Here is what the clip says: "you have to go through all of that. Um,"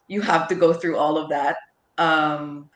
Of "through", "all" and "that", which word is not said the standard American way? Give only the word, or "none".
none